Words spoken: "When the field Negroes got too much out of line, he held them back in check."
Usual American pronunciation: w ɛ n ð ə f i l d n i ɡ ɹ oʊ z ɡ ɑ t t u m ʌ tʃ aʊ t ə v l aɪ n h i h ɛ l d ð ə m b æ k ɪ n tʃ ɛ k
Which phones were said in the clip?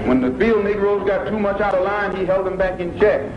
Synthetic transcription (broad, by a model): w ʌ n ð ə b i l n i ɡ ɹ oʊ z ɡ ɑ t t u m ʌ tʃ aʊ t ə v l aɪ n i h ɛ l d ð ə m b æ k ɪ n tʃ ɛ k